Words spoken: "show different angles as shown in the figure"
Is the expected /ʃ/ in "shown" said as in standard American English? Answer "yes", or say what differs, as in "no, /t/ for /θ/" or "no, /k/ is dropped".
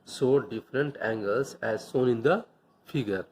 no, /s/ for /ʃ/